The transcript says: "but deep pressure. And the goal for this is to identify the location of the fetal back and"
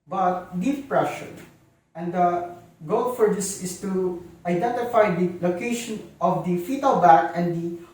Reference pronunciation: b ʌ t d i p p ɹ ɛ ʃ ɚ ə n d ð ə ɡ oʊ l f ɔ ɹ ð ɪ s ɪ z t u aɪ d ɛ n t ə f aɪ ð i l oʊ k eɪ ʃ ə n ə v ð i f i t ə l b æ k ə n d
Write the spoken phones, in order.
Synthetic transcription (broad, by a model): b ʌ t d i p p ɹ ɛ ʃ ɚ ə n d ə ɡ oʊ l f ɔ ɹ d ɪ s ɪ s t u aɪ d ɛ n t ə f aɪ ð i l oʊ k eɪ ʃ ə n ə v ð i f i t ə l b æ k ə n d